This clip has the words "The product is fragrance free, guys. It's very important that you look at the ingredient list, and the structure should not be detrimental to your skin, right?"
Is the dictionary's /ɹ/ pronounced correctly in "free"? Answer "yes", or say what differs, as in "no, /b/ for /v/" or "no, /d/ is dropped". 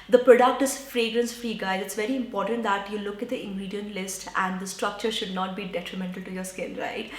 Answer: yes